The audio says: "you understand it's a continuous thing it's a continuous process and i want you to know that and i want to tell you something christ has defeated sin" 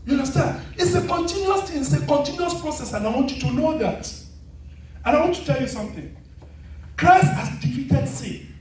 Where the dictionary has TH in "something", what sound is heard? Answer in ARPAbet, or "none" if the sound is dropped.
TH